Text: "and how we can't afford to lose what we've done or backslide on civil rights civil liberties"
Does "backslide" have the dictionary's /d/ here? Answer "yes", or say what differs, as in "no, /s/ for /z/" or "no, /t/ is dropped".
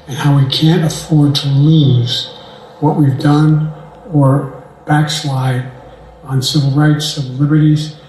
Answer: yes